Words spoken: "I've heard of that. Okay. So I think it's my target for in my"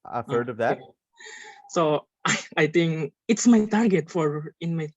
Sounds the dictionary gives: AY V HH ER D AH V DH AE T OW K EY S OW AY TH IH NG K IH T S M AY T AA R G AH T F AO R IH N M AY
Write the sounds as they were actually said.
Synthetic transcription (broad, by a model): AY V HH ER D AH V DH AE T OW AA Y AY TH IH NG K IH T S M AY T AA R G AH T F AO R IH N M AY